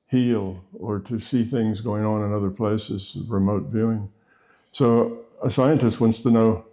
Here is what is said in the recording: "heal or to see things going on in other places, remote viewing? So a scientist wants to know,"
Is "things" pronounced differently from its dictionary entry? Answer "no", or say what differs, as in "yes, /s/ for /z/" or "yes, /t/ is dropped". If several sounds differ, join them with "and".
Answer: no